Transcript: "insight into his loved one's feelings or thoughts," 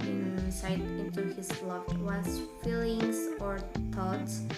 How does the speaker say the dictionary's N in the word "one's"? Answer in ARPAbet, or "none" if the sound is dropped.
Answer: none